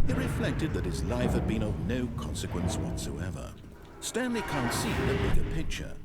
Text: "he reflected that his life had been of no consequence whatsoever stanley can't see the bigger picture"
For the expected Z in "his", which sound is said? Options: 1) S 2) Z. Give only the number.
2